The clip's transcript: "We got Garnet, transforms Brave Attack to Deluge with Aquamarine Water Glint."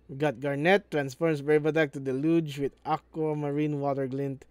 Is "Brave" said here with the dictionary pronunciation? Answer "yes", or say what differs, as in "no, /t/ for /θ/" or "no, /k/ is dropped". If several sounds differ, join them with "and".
no, /b/ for /v/